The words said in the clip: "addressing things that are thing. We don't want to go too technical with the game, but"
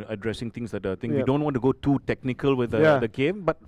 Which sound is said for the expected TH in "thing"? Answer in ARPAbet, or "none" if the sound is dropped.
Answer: T